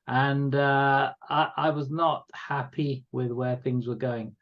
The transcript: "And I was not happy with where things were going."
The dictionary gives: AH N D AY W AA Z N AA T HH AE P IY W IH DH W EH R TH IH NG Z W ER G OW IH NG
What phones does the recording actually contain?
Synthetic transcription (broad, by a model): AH N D AY W AA Z N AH T HH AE P IY W IH DH W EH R TH IH NG Z W ER G OW IH NG